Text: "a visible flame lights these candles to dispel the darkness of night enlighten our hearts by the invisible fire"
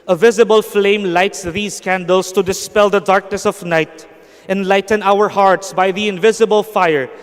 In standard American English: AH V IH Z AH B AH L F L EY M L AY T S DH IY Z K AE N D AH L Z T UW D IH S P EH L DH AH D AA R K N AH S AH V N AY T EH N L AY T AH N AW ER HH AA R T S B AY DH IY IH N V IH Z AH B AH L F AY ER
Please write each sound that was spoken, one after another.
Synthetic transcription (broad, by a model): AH V IH Z AH B AH L F L EY M L AY T S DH IY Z K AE N D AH L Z T UW D IH S P EH L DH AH D AA R K N AH S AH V N AY T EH N L AY T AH N AW ER HH AA R T S B AY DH IY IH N V IH Z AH B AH L F AY ER